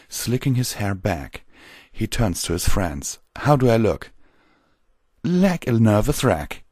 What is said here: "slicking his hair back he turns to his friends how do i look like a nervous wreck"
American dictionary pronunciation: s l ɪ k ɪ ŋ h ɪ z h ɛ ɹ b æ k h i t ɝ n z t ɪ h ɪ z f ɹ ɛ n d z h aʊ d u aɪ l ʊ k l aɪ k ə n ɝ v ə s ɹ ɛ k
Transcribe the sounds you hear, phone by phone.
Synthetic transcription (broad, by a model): s l ɪ k ɪ ŋ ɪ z h ɛ ɹ b æ k h i t ɝ n z t ɪ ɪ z f ɹ ɛ n d z h aʊ d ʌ aɪ l ʊ k l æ k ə n ɝ v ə θ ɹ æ k